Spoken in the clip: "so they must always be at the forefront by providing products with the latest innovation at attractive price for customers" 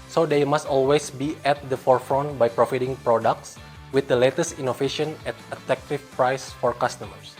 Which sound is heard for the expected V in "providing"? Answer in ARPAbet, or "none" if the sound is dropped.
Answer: F